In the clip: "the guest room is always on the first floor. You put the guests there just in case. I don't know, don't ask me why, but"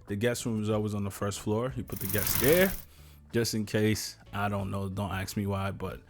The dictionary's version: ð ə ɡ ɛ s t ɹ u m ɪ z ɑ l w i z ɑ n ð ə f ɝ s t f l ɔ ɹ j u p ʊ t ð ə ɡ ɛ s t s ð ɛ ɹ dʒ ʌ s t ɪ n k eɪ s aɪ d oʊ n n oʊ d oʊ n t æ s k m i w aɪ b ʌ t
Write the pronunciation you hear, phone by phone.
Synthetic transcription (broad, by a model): ð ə ɡ ɛ s t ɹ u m ɪ z ɑ l w i z n ð ə f ɝ s t f l ɔ ɹ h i p ʊ t ð ə ɡ ɛ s s ð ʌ ɹ dʒ ʌ s t ɪ n k eɪ s aɪ d oʊ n n oʊ d oʊ n t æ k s m i w aɪ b ʌ t